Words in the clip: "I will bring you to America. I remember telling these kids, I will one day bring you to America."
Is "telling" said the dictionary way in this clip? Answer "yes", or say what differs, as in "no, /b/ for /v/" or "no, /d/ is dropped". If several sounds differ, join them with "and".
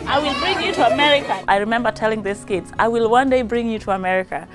yes